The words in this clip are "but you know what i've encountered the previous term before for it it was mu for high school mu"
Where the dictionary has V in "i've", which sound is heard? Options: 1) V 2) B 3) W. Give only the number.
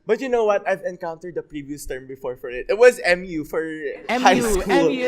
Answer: 1